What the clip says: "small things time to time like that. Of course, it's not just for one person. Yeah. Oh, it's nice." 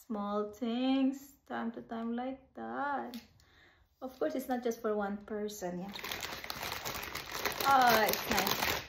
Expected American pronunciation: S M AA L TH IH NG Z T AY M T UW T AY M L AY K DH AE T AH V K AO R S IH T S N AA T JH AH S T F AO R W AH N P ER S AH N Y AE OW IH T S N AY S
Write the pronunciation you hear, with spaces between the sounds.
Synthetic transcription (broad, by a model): S M AA L T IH NG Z T AY M T UW T AY M L AY K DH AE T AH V K AO R S IH T S N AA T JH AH S T F AO R W AH N P ER S AH N Y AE OW IH T S N AY S